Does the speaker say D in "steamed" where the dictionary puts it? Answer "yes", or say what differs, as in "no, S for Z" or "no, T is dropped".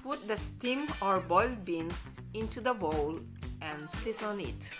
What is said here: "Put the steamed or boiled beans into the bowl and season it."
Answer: no, D is dropped